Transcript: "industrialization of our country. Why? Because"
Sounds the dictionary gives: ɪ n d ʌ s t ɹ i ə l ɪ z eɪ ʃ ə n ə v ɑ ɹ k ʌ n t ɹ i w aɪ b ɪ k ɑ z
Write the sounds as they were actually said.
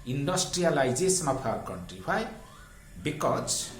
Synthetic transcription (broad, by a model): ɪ n d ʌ s t ɹ i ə l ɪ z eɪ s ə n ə p ɑ ɹ k ʌ n t ɹ i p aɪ b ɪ k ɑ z